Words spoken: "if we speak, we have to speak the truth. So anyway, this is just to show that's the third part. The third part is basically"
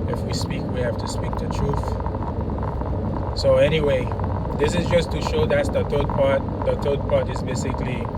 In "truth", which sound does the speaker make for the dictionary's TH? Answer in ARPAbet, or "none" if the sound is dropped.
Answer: TH